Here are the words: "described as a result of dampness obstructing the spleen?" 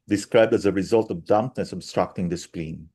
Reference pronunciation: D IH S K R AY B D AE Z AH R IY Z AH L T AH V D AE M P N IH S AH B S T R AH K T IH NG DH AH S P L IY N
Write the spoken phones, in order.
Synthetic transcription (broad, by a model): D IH S K R AY B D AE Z AH R IY Z AH L T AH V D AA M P N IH S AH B S T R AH K T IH NG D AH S P L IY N